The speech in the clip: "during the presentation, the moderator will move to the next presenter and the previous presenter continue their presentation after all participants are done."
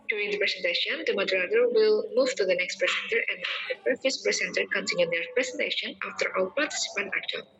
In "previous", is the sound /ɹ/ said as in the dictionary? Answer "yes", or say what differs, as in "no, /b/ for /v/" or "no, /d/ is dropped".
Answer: no, /ɹ/ is dropped